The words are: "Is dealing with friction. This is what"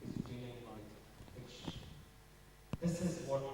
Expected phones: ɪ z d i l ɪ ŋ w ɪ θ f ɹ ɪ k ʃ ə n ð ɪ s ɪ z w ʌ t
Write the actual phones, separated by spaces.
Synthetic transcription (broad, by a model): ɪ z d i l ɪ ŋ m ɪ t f ɪ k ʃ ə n ð ɪ s ɪ z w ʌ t